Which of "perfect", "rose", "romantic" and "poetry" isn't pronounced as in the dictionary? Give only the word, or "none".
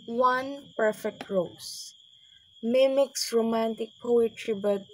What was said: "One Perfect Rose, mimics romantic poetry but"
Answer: rose